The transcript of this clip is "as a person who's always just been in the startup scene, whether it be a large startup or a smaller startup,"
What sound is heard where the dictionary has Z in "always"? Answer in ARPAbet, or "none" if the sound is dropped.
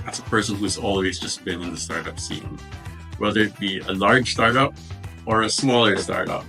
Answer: Z